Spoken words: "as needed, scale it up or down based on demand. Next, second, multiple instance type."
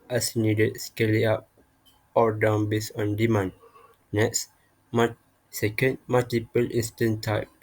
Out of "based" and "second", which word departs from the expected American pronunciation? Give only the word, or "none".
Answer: based